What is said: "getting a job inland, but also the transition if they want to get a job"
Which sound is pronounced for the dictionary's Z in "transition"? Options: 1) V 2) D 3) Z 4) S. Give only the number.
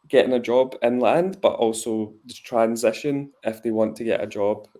3